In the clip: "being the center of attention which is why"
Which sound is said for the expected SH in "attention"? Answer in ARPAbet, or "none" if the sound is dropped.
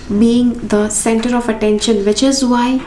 SH